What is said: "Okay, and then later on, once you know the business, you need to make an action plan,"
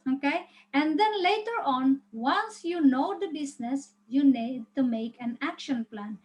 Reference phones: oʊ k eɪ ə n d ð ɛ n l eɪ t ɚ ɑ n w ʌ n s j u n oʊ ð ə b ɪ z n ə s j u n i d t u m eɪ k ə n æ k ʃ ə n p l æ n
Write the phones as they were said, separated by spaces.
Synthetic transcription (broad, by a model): oʊ k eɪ ə n d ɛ n l eɪ t ɚ ɑ n w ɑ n s j u n oʊ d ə b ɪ s n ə s j u n i d t u m eɪ k ə n æ k ʃ ə n p l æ n